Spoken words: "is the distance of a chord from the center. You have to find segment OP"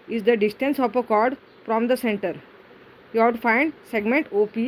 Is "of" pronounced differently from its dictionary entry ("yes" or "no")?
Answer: yes